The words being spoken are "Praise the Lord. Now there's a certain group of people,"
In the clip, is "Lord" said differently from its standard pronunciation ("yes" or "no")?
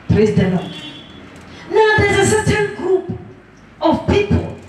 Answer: yes